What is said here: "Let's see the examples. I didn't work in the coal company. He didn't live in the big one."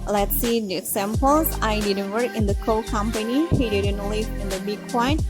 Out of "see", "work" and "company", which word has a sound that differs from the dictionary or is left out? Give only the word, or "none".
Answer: work